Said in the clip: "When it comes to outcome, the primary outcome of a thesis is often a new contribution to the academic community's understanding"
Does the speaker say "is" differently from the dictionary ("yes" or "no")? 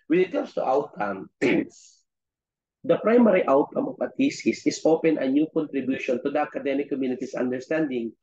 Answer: yes